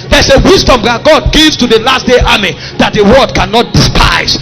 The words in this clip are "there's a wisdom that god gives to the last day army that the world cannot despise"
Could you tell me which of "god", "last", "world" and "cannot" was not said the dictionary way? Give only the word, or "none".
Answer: world